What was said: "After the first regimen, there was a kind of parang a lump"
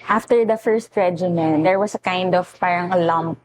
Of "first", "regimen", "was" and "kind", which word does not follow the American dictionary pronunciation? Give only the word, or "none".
was